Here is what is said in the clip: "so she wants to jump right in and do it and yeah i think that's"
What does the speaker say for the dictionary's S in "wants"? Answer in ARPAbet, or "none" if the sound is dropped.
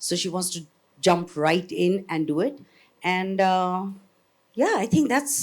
S